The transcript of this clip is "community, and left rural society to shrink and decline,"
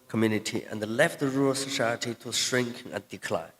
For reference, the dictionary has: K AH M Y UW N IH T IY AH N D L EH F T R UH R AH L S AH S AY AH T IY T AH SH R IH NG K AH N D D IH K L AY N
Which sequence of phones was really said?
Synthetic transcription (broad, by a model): K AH M Y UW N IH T IY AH N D L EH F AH R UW R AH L S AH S AY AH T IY T AH SH R IH NG K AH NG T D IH K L AY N